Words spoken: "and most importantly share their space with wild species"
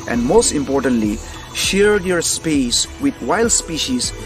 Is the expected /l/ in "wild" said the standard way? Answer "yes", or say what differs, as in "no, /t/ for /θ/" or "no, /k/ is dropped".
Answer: yes